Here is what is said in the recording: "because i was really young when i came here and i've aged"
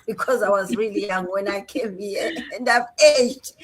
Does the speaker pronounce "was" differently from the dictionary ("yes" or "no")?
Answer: no